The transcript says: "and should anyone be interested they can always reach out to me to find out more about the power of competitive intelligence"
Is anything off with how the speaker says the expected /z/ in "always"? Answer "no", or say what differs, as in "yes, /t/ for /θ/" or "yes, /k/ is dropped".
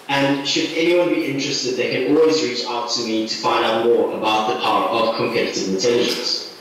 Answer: no